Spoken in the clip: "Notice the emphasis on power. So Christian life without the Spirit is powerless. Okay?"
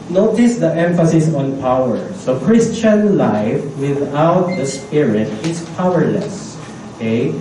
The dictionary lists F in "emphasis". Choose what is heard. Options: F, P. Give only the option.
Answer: F